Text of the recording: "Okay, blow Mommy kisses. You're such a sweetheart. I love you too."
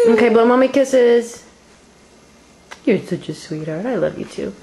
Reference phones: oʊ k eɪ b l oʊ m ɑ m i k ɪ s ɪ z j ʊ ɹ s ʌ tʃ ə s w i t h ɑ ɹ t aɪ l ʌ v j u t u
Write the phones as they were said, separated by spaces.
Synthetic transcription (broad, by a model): oʊ k eɪ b oʊ m ɑ m i k ɪ s ɪ z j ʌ ɹ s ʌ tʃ ə s w i t h ɑ ɹ t aɪ l ʌ v j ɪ t u